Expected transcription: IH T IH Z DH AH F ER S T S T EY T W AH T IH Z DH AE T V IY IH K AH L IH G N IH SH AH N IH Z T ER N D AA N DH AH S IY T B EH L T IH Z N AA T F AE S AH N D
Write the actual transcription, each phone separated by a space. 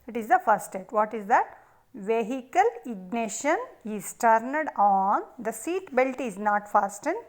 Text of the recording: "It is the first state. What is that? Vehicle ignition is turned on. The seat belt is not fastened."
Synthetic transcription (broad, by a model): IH T IH Z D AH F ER T S T EY T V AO T IH Z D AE T V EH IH K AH L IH G N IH SH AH N IH Z T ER N D AA N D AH S IY T B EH L T IH Z N AA T F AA S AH N